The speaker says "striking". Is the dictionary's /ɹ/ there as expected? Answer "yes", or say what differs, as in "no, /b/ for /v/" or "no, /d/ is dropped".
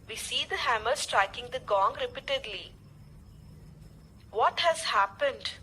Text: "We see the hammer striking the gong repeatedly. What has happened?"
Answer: yes